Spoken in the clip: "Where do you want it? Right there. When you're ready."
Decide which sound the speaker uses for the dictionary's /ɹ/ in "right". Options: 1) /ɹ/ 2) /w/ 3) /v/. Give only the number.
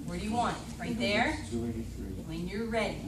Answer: 1